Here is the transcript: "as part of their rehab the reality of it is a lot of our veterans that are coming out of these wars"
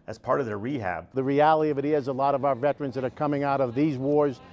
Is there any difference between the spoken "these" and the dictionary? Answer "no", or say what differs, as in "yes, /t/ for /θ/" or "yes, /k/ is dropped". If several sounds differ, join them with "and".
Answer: no